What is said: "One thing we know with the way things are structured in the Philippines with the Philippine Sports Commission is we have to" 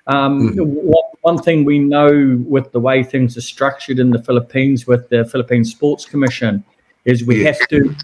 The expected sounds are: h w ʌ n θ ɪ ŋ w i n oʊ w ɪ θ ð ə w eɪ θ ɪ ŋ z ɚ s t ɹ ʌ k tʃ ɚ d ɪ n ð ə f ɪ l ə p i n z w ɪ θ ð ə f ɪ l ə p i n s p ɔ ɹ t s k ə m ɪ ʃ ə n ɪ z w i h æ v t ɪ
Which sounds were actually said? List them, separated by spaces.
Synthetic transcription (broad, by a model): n w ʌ n θ ɪ ŋ w i n oʊ w ɪ ð ə w eɪ θ ɪ ŋ z ɚ s t ɹ ʌ k tʃ ɚ d ɪ n ð ə f ɪ l ə p i n z w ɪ ð ə f ɪ l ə p i n s p ɔ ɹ t s k ə m ɪ ʃ ə n ɪ z w i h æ f t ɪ